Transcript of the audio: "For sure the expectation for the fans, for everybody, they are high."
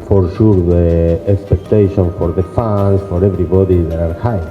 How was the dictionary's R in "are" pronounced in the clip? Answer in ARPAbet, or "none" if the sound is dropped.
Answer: R